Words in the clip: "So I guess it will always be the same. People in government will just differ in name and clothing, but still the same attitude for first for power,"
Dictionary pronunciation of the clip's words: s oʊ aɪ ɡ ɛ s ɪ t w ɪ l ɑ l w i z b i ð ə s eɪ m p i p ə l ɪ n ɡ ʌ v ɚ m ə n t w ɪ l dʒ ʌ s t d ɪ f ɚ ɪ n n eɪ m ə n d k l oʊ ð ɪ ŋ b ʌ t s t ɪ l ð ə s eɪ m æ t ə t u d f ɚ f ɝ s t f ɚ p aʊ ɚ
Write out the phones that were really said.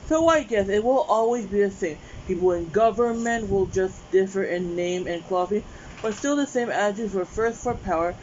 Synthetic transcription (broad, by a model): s oʊ aɪ ɡ ɛ s ɪ t w ɪ l ɑ l w i z b i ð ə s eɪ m p i p l ɪ n ɡ ʌ v ɚ m ə n t w ɪ l dʒ ʌ s d ɪ f ɚ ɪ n n eɪ m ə n k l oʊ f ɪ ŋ b ʌ t s t ɪ l ð ə s eɪ m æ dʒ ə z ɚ f ɝ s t f ɚ p aʊ ɚ